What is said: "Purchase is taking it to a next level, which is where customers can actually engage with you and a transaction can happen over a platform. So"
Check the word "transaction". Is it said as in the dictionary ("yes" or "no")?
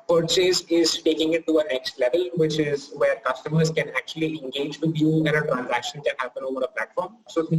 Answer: yes